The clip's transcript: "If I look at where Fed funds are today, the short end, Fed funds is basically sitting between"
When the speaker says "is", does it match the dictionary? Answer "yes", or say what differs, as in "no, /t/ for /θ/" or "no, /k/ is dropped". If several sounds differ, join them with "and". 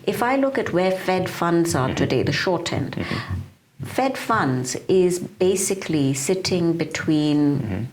yes